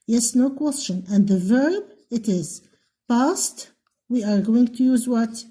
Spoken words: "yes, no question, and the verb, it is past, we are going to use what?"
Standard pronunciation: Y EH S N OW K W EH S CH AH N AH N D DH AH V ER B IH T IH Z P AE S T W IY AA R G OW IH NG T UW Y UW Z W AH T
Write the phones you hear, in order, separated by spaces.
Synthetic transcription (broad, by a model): Y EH S N OW K W EH S CH AH N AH N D DH AH V ER B IH T IH Z P AE S T W IY AA R G OW IH NG T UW Y UW Z W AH T